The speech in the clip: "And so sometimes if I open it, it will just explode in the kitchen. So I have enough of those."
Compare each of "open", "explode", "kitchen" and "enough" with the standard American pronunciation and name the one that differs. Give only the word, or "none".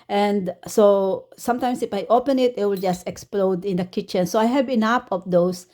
enough